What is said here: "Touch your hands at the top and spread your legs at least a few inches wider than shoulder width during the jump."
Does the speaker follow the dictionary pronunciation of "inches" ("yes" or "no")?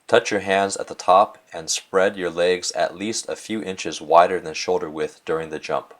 yes